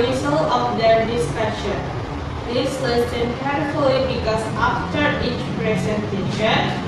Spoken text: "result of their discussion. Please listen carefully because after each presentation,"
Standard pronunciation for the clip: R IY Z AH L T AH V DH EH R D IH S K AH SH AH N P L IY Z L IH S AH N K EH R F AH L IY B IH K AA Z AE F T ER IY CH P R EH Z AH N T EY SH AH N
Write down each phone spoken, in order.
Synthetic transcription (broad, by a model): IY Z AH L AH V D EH R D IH S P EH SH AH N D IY S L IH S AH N K EH R F AH L IY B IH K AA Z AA F T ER IY CH P R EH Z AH N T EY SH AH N